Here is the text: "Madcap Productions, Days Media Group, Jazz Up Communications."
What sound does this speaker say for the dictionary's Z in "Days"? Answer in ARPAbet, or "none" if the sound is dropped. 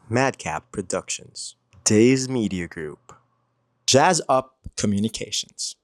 Z